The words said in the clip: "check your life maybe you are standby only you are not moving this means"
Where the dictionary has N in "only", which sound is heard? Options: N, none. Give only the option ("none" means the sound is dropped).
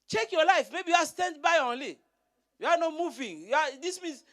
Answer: N